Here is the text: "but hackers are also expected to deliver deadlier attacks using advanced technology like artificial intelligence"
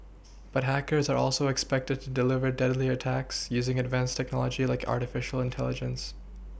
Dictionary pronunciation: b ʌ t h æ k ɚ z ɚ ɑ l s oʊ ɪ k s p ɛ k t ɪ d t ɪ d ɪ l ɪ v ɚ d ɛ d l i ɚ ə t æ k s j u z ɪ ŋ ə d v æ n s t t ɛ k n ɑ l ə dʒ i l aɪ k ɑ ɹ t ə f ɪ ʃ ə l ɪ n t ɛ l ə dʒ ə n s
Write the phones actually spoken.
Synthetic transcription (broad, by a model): b ʌ t h æ k ɚ z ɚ ɑ l s oʊ ɪ k s p ɛ k t ɪ d t ɪ d ɪ l ɪ v ɚ d ɛ d l i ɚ ə t æ k s j u z ɪ ŋ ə d v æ n s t t ɛ k n ɑ l ə dʒ i l aɪ k ɑ ɹ t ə f ɪ ʃ l ɪ n t ɛ l ə dʒ ə n s